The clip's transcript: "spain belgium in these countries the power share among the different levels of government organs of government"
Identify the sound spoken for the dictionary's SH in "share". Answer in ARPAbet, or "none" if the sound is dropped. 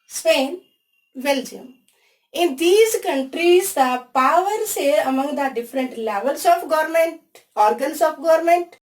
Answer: S